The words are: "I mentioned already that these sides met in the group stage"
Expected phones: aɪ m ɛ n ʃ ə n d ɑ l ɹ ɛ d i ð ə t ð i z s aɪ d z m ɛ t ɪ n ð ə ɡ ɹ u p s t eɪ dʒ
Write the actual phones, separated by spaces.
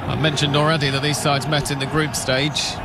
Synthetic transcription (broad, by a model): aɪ m ɛ n ʃ ə n d ɑ l ɹ ɛ d i ð ə t ð i z s aɪ d z m ɛ t ɪ n ð ə ɡ ɹ u p s t eɪ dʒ